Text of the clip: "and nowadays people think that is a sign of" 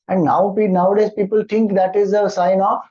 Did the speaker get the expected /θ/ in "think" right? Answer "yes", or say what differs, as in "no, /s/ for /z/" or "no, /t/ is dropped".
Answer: no, /t/ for /θ/